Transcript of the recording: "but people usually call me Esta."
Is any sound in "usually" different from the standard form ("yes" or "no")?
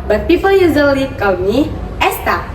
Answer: yes